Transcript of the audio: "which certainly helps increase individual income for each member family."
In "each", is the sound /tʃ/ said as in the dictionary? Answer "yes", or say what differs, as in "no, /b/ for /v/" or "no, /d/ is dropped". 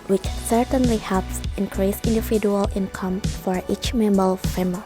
yes